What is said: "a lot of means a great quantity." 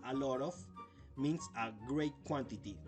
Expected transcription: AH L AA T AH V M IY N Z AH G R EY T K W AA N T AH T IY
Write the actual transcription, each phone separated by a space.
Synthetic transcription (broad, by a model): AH L AA T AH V M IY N S AH G R EY T K W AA N T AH T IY